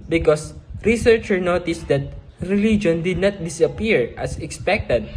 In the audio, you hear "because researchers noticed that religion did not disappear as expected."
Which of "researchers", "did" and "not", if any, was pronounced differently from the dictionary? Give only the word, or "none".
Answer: researchers